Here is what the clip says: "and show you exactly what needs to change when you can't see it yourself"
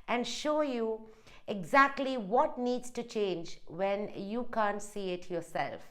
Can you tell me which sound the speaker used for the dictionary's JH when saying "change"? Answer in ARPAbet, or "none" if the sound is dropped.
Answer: JH